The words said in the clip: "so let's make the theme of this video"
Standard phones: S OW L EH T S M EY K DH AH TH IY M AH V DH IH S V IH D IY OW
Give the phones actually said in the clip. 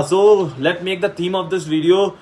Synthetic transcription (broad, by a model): S OW L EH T M EY K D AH T IY M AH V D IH S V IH D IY OW